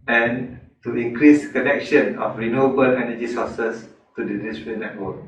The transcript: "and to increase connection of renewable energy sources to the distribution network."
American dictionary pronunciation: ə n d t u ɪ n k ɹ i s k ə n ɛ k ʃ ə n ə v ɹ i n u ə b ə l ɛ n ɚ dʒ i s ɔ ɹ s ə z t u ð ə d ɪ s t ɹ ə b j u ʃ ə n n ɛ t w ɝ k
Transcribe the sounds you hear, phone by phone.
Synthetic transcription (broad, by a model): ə n t u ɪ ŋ k ɹ i s k ə n ɛ k ʃ ə n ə f ɹ i n u ə b ə l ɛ n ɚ dʒ i s ɔ s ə s t u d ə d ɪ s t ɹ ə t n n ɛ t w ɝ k